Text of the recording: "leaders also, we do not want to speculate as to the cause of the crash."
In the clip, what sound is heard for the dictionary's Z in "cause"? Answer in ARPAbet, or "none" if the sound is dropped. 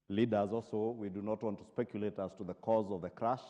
Z